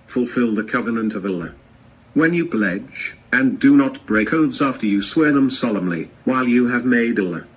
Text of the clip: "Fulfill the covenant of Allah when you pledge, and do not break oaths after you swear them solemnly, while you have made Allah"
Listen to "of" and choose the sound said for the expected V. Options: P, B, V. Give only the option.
V